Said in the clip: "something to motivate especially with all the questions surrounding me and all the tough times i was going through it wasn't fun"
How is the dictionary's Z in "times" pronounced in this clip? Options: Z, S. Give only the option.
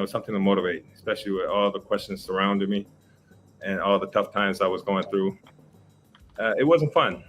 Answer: Z